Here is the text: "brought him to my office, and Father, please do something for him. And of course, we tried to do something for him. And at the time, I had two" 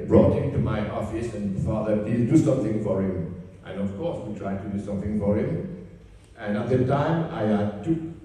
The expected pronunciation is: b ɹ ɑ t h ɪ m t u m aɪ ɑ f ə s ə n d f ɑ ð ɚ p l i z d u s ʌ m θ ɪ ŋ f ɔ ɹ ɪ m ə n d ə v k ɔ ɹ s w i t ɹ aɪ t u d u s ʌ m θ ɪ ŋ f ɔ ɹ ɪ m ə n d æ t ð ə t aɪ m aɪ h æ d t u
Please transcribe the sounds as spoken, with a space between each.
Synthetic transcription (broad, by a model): b ɹ ɑ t h ɪ m t u m aɪ ɑ f ə s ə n f ɑ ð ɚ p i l d u s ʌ m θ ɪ ŋ f ɔ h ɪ m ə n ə f k ɔ s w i t ɹ aɪ t u d u s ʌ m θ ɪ ŋ f ɔ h ɪ m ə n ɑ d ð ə t aɪ m aɪ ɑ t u